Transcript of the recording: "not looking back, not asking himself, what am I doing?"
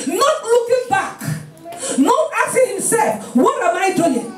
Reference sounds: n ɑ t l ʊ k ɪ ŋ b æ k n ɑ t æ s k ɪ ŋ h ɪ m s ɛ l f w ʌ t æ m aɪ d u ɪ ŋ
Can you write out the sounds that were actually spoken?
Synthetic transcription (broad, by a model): n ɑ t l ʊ k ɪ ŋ b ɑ k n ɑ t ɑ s ɪ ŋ h ɪ m s ɛ l f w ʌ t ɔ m aɪ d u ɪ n